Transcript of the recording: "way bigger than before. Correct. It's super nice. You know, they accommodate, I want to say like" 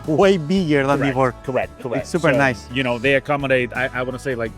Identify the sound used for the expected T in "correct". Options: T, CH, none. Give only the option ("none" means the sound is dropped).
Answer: none